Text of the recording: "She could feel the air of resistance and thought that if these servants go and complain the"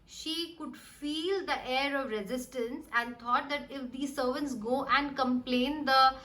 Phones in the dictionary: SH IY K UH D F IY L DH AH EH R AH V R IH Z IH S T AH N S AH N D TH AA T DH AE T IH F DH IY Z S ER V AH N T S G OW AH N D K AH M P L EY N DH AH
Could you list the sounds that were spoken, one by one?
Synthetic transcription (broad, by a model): SH IY K UH D F IY L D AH EH R AH V R IH Z IH S T AH N S AH N D T AA T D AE T IH F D IY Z S ER V AH N T S G OW AH N D K AH M P L EY N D AH